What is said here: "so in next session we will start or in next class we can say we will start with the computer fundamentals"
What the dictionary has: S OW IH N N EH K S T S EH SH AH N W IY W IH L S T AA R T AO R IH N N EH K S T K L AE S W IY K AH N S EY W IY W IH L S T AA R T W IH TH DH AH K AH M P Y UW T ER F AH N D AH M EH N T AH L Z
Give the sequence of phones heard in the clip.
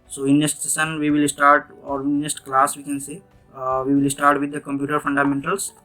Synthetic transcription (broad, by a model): S OW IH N N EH S T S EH S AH N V IY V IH L S T AA R T AO R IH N N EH S T K L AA S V IY K AH N S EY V IY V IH L S T AA R T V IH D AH K AH M P Y UW T ER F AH N D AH M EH N T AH L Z